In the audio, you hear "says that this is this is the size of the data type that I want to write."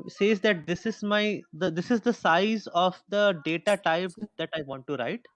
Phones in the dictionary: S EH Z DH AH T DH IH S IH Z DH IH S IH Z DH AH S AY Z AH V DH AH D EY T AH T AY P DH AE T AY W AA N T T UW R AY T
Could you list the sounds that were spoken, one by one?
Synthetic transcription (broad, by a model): S EH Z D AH T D IH S IH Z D IH S IH Z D AH S AY Z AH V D AH D EY T AH T AY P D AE T AY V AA N T T UW R AY T